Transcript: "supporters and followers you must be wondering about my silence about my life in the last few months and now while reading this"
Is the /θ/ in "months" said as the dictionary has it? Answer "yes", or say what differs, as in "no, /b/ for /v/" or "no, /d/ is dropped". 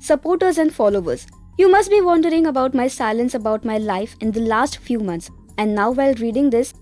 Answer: no, /t/ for /θ/